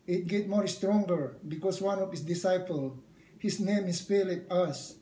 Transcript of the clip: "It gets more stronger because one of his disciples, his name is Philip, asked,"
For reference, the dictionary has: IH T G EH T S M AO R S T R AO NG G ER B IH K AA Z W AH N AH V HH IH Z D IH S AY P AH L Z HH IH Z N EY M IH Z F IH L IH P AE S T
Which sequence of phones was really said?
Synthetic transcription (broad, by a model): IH T G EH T M AO R S T R AO NG G ER B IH K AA S W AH N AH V HH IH S D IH S AY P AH L HH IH S N EY M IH S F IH L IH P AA S